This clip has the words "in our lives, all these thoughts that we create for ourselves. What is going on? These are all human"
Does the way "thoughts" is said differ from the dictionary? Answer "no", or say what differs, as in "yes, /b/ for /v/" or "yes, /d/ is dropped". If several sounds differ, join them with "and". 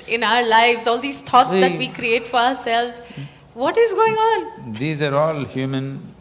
yes, /t/ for /θ/